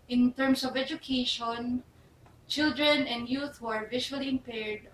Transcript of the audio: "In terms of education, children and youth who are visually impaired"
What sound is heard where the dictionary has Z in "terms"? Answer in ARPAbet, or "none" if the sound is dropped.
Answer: S